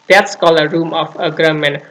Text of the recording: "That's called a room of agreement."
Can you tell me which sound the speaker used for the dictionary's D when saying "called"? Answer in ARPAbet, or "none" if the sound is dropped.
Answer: none